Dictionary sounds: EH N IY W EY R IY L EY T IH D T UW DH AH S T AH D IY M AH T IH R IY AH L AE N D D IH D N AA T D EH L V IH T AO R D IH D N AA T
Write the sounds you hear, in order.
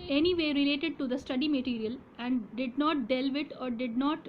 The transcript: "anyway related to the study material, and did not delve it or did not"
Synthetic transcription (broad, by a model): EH N IY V EY R IY L EY T IH D T UW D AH S T AH D IY M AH T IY R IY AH L AE N D D IH D N AA T D EH L V IH T AO R D IH D N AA T